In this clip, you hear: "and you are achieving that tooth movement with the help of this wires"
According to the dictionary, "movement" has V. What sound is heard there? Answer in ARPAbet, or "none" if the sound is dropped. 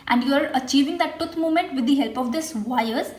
none